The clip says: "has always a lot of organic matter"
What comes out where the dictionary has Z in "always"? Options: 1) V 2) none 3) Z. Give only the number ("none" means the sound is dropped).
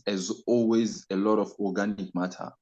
3